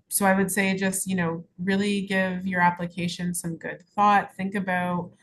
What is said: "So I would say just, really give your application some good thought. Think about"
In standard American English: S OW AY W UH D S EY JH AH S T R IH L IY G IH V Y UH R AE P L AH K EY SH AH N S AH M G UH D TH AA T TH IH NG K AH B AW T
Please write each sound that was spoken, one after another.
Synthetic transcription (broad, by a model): S OW AY W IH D S EY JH AH S T R IH L IY G IH V Y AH R AE P L AH K EY SH AH N S AH M G UH D TH AA T TH IH NG K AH B AW T